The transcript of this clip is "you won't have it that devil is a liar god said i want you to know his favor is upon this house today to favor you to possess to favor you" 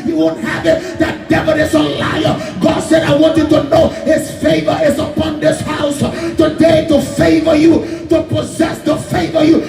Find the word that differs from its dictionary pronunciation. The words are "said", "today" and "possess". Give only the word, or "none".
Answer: none